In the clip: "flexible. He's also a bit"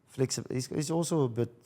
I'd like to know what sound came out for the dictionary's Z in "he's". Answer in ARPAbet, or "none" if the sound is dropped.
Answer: S